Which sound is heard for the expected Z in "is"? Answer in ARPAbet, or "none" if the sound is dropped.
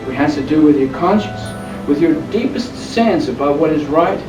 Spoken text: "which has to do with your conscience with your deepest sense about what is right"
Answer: Z